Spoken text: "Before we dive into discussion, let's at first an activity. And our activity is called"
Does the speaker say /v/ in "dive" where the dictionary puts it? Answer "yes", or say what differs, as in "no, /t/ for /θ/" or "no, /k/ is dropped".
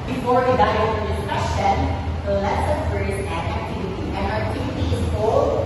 no, /v/ is dropped